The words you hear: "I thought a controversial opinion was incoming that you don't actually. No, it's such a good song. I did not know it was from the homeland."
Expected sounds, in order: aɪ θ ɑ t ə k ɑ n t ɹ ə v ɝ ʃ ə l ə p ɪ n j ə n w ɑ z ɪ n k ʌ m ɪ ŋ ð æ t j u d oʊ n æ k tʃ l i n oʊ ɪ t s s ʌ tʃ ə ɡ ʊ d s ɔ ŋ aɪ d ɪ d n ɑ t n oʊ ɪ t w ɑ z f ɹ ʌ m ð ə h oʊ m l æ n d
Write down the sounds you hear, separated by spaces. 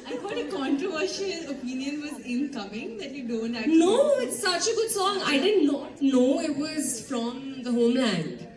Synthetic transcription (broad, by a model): aɪ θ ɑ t ə k ɑ n t ɹ ə v ɝ ʃ ə l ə p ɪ n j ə n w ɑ z ɪ n k ʌ m ɪ ŋ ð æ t j u d oʊ n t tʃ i n oʊ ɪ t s s ʌ tʃ ə ɡ ʊ d s ɔ ŋ aɪ d ɪ d n ɑ t n oʊ ɪ t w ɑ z f ɹ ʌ m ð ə h oʊ m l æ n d